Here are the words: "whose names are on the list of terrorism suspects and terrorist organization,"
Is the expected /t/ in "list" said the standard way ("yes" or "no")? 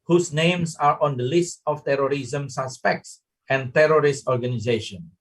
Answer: yes